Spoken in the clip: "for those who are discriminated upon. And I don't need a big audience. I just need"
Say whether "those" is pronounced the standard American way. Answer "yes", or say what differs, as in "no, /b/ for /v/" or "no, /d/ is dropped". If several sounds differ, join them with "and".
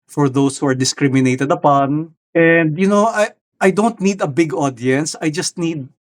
no, /s/ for /z/